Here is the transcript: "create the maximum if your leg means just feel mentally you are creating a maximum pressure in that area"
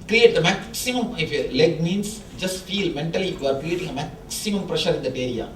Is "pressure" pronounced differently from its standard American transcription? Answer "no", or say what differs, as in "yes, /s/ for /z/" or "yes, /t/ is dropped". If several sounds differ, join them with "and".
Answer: no